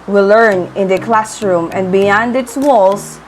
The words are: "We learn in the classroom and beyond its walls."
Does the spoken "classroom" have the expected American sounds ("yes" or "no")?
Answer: yes